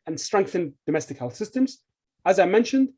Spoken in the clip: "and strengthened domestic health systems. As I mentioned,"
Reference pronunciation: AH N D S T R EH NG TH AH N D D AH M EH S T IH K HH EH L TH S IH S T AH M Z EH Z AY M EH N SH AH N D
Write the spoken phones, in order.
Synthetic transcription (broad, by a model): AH N S T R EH NG TH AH N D D AH M EH S T IH K HH EH L TH S IH S T AH M Z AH Z AY M EH N SH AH N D